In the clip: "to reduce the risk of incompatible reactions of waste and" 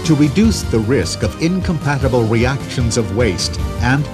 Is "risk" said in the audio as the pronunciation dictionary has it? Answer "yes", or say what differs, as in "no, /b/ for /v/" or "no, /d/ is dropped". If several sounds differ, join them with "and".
yes